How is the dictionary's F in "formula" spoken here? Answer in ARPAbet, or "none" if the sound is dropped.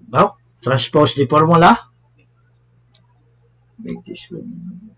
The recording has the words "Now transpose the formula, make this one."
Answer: P